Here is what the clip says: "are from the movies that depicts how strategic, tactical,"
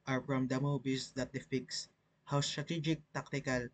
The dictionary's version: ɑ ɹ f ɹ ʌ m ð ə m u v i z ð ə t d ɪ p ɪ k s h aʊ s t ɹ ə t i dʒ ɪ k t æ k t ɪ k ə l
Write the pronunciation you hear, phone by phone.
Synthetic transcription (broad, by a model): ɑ ɹ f ɹ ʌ m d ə m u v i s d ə t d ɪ f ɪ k s h aʊ s t ɹ ə t i dʒ ɪ k t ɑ k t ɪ k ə l